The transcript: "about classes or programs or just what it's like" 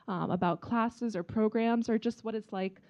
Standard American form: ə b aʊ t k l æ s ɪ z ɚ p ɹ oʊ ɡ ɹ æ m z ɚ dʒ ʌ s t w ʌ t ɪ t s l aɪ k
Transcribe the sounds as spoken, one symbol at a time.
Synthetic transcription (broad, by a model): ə b aʊ t k l æ s ɪ z ɚ p ɹ oʊ ɡ ɹ æ m z ɚ dʒ ʌ s t w ʌ t ɪ t s l aɪ k